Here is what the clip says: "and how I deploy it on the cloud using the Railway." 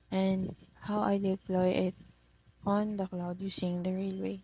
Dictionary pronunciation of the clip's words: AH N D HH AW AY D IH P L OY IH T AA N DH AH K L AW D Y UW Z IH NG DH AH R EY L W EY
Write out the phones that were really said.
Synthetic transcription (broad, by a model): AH N D HH AW AY D IH P L OY IH T AA N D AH K L AW D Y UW S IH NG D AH R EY L W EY